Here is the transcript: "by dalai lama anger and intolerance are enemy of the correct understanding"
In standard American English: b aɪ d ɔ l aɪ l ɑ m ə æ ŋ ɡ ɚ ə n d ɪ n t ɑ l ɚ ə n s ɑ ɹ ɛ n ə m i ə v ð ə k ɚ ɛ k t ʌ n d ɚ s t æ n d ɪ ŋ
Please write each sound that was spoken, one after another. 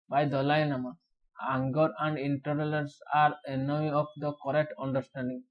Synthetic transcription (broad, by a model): b aɪ d ɔ l aɪ n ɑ m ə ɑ ŋ ɡ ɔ ə n d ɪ n t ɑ l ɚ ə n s ɑ ɹ ɛ n ə m i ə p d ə k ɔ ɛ k t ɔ n d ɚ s t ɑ n d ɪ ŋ